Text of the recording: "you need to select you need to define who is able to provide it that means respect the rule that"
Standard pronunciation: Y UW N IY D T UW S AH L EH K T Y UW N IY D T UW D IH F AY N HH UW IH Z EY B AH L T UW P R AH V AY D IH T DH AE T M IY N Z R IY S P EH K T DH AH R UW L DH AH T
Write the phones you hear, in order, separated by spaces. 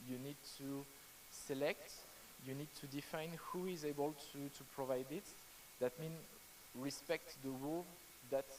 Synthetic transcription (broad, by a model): Y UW N IY D T UW S AH L EH K T Y UW N IY D T UW D IH F AY N HH UW IH Z EY B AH L T UW P R AH V AY D IH T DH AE T M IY N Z R IY S P EH K T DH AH W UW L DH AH T